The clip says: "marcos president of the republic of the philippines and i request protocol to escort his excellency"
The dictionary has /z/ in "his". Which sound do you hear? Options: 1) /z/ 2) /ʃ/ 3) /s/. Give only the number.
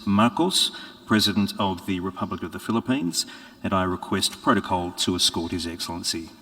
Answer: 1